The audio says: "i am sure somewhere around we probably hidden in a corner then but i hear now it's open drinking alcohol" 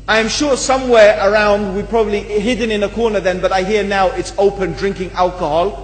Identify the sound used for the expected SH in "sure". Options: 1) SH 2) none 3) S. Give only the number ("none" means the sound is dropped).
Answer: 1